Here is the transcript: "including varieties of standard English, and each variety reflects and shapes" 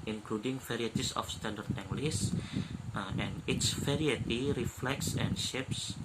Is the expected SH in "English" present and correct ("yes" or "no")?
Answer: no